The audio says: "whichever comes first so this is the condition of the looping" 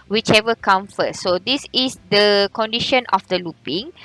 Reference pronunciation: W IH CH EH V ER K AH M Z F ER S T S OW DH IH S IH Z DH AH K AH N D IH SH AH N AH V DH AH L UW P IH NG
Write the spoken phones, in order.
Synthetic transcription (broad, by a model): W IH CH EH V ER K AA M F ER T S OW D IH S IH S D AH K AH N D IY SH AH N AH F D AH L UW P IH NG